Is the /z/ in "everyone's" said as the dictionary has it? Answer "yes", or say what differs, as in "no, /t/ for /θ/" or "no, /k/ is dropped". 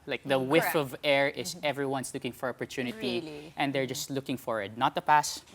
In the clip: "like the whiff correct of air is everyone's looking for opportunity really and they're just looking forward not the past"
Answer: no, /s/ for /z/